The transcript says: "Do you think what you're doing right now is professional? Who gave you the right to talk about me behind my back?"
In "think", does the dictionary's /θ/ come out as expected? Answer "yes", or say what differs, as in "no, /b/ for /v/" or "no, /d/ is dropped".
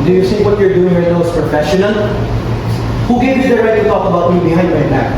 no, /s/ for /θ/